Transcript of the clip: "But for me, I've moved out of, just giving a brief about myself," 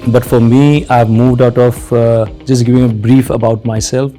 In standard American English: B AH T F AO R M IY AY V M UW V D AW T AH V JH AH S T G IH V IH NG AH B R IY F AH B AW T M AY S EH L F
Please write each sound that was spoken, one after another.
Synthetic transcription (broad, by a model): B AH T F AO R M IY AY V M UW V D AW T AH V JH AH S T G IH V IH NG AH B R IY F AH B AW T M AY S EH L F